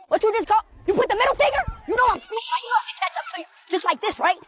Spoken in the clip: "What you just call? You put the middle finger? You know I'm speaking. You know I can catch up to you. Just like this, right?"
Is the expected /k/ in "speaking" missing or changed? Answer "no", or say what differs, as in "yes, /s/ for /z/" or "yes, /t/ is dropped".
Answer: yes, /k/ is dropped